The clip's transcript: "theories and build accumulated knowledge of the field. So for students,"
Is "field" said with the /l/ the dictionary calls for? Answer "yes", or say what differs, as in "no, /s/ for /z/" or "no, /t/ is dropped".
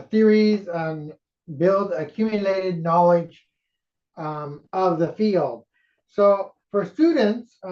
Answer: yes